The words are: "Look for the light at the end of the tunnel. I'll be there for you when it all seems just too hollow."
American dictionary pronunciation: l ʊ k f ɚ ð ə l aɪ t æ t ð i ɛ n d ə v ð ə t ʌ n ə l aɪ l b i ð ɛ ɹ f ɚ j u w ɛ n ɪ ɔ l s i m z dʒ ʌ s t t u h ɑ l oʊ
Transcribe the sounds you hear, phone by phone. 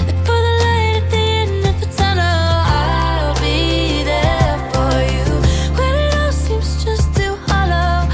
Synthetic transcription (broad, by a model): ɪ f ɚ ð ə l aɪ t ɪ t ð i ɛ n ə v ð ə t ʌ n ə aɪ l b i ð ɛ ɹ f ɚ j u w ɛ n ɪ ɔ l s i m z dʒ ʌ s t t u h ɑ l oʊ